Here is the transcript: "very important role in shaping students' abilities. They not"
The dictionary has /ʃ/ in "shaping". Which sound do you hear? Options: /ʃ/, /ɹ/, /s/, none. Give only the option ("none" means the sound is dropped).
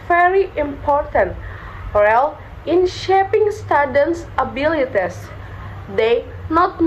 /ʃ/